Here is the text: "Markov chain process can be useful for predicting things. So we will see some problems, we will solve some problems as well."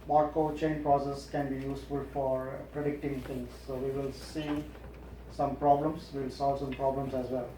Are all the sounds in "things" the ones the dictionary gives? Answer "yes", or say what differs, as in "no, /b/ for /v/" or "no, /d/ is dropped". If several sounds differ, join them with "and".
no, /t/ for /θ/